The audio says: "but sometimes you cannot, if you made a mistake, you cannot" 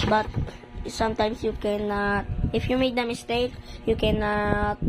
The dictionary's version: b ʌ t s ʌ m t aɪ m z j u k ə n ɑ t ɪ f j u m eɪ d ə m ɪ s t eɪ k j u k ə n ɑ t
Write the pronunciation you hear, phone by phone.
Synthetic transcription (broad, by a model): b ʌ t s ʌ m t aɪ m s j u k ə n ɑ t ɪ f j u m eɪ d ə m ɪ s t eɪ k j u k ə n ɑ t